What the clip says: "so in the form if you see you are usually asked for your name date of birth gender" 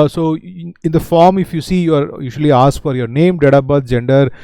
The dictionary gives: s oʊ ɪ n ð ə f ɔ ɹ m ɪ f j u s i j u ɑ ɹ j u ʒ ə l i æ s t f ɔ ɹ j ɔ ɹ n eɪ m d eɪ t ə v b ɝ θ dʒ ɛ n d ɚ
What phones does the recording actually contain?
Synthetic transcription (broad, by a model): s oʊ ɪ n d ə f ɔ ɹ m ɪ f j u s i j u ɑ ɹ j u ʃ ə l i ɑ s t f ɔ ɹ j ɔ ɹ n eɪ m d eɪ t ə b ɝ t dʒ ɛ n d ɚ